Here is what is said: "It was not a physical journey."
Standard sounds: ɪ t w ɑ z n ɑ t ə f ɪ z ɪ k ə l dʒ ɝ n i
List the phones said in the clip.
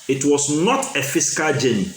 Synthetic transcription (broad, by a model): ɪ t w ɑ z n ɑ t ə f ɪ s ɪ k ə l dʒ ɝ n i